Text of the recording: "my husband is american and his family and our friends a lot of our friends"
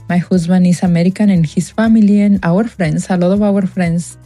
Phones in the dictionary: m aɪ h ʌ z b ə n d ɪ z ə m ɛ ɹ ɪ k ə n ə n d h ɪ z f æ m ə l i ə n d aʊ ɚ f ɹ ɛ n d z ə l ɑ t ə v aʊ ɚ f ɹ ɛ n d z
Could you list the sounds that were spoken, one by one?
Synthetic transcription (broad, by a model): m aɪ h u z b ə n ɪ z ə m ɛ ɹ ɪ k ə n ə n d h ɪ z f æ m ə l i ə n aʊ ɚ f ɹ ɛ n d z ə l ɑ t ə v aʊ ɚ f ɹ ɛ n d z